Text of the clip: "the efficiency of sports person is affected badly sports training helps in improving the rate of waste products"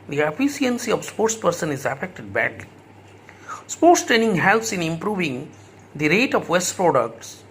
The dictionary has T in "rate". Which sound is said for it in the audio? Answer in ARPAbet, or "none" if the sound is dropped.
T